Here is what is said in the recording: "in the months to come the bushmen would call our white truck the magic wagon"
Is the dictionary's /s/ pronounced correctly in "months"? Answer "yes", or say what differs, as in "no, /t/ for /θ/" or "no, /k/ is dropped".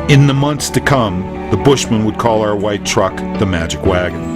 yes